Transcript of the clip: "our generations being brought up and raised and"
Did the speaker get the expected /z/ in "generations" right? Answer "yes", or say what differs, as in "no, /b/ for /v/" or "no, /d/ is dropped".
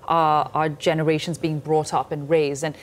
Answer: yes